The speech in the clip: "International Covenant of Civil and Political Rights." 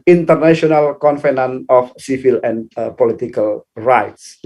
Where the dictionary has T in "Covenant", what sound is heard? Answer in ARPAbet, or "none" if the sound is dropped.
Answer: none